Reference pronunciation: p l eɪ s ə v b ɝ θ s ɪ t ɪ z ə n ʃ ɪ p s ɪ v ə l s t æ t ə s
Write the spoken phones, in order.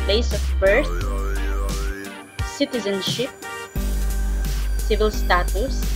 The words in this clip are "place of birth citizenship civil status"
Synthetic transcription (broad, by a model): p l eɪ s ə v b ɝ t s ɪ t ɪ z ə n ʃ ɪ p s ɪ v ə l s t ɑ t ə s